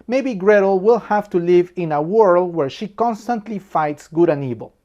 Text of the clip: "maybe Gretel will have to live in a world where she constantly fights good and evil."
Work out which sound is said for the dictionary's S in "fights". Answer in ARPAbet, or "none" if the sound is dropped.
S